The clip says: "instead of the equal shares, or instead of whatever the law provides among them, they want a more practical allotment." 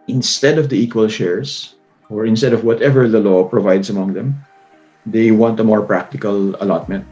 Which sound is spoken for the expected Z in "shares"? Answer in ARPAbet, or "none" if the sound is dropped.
S